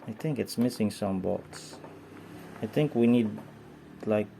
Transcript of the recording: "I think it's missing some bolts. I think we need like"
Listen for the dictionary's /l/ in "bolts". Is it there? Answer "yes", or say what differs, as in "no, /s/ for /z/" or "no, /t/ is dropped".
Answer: no, /l/ is dropped